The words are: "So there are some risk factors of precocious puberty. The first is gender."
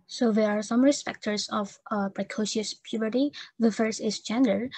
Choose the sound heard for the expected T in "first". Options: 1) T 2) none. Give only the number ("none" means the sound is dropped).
2